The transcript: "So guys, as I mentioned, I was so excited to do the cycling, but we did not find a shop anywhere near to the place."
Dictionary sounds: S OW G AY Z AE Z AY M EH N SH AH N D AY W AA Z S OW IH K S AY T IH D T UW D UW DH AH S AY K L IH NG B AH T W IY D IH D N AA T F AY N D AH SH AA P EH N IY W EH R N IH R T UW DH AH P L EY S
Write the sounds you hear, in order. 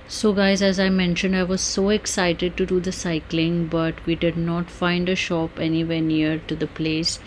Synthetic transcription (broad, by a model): S OW G AY Z AE Z AY M EH N SH AH N D AY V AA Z S OW IH K S AY T IH D T UW D UW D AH S AY K L IH NG B AH T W IY D IH D N AA T F AY N D AH SH AA P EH N IY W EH R N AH R T UW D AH P L EY S